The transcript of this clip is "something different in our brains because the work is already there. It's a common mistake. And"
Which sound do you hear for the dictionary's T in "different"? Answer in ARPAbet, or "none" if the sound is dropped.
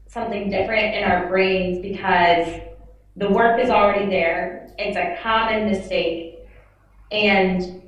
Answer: T